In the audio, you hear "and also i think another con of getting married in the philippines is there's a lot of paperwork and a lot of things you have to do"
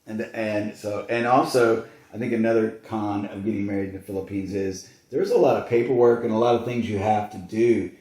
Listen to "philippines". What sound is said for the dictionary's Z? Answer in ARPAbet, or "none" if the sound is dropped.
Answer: Z